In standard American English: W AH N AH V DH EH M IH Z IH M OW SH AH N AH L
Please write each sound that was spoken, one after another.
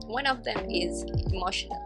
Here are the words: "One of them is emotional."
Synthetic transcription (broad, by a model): W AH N AH V DH EH M IH Z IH M OW SH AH N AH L